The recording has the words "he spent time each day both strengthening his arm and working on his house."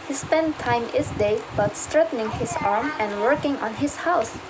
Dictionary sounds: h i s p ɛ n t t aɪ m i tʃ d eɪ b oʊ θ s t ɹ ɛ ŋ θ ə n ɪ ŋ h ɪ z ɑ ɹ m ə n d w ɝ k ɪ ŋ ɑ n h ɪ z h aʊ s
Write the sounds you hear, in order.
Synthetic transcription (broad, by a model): h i s p ɛ n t t aɪ m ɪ s d eɪ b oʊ t s t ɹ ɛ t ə n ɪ ŋ h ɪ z ɑ ɹ m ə n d w ɝ k ɪ ŋ ɑ n h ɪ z h aʊ s